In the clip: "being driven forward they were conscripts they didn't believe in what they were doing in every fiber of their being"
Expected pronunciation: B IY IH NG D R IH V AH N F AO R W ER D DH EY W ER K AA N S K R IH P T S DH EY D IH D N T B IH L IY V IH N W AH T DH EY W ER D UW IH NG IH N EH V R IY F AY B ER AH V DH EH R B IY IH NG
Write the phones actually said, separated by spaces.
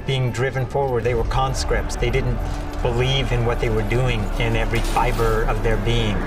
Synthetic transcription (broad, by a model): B IY IH NG D R IH V AH N F AO R W ER D DH EY W ER K AA N S K R IH P T S DH EY D IH D N T B IH L IY V IH N W AH T DH EY W ER D UW IH NG IH N EH V R IY F AY B ER AH V DH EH R B IY IH NG